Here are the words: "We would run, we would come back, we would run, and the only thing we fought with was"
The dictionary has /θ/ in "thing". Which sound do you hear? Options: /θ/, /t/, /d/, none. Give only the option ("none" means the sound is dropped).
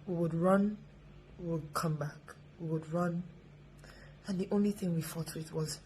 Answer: /θ/